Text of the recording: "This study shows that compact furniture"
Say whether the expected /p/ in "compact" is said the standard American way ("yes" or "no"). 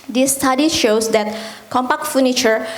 yes